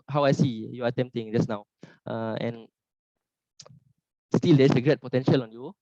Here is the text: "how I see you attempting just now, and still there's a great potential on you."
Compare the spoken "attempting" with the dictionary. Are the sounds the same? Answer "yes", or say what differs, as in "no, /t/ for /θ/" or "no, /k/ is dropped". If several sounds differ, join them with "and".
no, /p/ is dropped